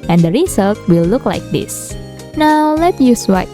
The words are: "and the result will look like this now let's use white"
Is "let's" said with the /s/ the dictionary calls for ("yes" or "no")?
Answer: no